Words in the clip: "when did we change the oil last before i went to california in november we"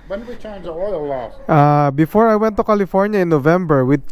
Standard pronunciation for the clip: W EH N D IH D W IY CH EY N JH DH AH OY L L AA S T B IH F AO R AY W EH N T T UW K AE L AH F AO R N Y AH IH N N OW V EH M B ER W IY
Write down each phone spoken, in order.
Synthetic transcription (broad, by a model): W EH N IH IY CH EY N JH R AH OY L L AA T B IH F AO R AY W EH N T T UW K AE L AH F AO R N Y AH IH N N OW V EH M B ER W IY